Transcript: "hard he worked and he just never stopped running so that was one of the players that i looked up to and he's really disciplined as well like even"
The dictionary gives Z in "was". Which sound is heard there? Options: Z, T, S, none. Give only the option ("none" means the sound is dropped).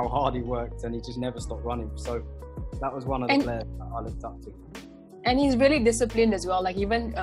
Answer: Z